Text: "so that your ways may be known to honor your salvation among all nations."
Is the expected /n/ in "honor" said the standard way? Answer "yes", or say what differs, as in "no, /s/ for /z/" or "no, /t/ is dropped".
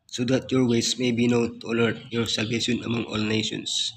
no, /l/ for /n/